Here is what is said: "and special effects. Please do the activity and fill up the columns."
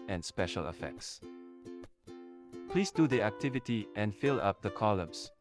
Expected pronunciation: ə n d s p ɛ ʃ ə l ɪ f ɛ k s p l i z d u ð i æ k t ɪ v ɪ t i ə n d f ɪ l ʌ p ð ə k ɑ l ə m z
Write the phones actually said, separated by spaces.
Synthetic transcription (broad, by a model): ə n s p ɛ ʃ ə l ɪ f ɛ k s p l i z d u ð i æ k t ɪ v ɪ t i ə n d f ɪ l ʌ p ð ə k ɑ l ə m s